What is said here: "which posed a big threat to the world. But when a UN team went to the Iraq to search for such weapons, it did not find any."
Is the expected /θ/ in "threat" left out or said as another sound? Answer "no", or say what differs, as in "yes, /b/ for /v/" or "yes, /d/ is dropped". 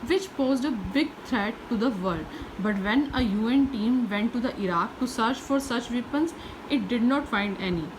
yes, /t/ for /θ/